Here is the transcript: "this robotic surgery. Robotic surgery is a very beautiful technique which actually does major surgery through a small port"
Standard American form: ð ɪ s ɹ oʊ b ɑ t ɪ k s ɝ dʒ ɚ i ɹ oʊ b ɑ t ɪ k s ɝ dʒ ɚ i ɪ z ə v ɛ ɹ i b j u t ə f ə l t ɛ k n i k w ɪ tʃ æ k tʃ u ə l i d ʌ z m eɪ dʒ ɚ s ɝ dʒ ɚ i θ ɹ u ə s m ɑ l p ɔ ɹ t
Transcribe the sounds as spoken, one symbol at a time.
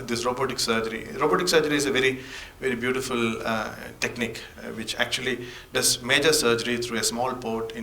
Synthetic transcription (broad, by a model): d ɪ s ɹ oʊ b ɑ t ɪ k s ɝ dʒ ɚ i ɹ oʊ b ɑ t ɪ k s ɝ dʒ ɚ i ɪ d ə v ɛ ɹ i b j u t ə f ə l t ɛ k n i k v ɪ tʃ æ k tʃ u ə l i d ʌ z m eɪ dʒ ɚ s ɝ dʒ ɚ i t ɹ u ə s m ɑ l p ɔ ɹ t